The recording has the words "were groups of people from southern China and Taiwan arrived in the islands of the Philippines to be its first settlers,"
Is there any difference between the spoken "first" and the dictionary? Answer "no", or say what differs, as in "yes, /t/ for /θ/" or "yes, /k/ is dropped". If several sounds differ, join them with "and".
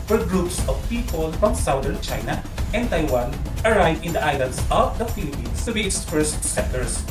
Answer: yes, /p/ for /f/